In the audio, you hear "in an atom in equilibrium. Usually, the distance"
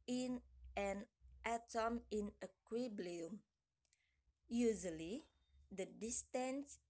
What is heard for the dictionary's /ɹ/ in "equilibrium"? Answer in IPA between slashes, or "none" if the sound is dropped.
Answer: /l/